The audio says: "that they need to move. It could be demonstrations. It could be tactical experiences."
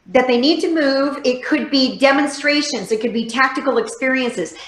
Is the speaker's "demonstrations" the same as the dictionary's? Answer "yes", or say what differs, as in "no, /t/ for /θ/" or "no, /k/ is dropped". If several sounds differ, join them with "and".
yes